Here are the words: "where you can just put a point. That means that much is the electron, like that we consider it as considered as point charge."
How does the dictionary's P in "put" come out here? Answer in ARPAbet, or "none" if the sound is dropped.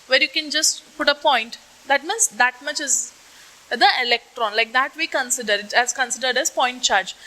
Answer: P